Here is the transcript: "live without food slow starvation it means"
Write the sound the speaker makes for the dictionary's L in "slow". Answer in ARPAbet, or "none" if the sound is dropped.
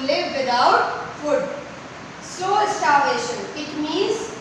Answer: none